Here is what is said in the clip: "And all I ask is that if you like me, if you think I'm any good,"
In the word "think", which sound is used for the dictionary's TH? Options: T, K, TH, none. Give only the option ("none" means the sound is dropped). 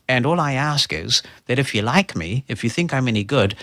TH